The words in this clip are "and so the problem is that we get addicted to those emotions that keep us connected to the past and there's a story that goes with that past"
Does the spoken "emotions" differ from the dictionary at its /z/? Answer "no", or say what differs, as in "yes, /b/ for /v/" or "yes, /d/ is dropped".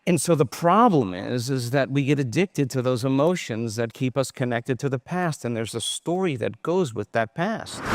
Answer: no